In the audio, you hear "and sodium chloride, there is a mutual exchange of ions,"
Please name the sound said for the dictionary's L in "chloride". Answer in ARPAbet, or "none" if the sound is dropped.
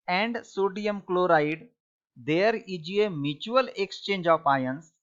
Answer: L